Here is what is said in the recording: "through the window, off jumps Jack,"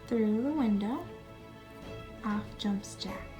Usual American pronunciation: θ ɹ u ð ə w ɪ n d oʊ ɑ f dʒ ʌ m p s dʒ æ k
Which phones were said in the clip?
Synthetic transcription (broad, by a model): θ ɹ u ð ə w ɪ n d oʊ ɑ f dʒ ʌ m p s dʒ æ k